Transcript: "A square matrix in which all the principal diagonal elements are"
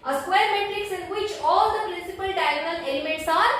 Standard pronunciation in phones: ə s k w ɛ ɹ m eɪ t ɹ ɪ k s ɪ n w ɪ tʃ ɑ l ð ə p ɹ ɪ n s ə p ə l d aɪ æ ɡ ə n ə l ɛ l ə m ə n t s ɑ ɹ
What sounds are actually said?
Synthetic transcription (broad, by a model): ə s k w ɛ ɹ m eɪ t ɹ ɪ k s ɪ n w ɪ tʃ ɑ l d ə p ɹ ɪ n s ə p ə l d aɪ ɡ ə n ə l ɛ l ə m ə t s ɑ ɹ